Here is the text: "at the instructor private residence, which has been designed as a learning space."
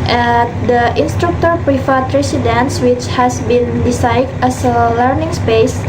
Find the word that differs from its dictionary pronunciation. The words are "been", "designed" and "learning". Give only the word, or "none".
designed